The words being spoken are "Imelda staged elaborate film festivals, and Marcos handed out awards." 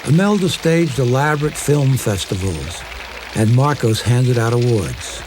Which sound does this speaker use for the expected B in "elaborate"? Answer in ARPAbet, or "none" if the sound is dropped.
B